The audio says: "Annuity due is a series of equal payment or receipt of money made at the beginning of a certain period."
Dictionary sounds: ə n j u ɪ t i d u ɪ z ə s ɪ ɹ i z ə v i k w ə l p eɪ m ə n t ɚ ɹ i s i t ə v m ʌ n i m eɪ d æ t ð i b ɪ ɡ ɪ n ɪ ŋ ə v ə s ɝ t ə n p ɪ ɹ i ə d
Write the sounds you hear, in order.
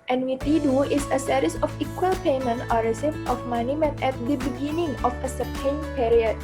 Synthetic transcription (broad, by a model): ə n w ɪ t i d u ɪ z ə s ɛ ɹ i s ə f i k w ə l p eɪ m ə n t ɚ ɹ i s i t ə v m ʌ n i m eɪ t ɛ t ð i b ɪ ɡ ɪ n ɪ ŋ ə f ə s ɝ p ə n p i ɹ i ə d